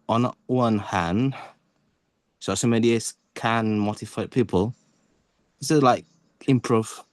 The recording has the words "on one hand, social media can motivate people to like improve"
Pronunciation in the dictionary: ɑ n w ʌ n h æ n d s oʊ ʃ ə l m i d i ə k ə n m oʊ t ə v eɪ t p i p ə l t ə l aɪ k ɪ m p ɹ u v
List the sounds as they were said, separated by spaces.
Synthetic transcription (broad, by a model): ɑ n w ʌ n h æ n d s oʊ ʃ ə m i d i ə k ə n m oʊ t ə f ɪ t p i p ə l s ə l aɪ k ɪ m p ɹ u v